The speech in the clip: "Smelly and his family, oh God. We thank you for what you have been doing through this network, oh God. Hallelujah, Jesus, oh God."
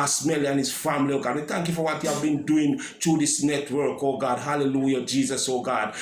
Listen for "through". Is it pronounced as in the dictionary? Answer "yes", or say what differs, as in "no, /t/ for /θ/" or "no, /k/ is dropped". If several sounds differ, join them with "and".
no, /t/ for /θ/